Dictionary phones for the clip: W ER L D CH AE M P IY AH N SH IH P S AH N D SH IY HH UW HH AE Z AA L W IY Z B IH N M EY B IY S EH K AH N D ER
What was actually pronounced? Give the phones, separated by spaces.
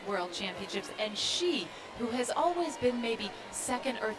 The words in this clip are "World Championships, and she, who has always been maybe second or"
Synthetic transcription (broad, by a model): W ER L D CH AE M P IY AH N SH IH P S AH N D SH IY HH UW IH Z AA L W IY Z B IH N M EY B IY S EH K AH N D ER